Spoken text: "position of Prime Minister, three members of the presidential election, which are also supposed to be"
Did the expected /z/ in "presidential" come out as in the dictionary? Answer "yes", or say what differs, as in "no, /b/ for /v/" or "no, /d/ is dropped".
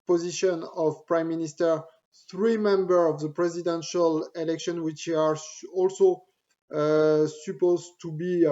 yes